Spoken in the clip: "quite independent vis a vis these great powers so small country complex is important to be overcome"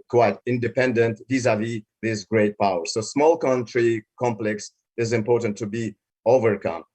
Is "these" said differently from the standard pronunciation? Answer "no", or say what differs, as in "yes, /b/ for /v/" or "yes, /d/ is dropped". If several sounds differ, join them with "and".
yes, /s/ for /z/